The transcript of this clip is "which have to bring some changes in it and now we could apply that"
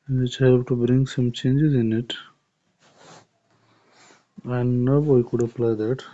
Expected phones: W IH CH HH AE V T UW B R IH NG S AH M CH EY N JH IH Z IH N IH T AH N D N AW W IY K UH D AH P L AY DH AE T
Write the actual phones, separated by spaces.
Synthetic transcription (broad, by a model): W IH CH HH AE P T UW B R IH NG S AH M CH EY N JH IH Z IH N IH T AH N D N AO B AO K UH D AH P L AY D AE T